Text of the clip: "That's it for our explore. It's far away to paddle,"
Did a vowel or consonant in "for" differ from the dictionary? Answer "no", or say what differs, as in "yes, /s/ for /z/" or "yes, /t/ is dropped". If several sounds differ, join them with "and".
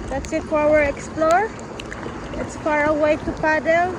yes, /w/ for /ɹ/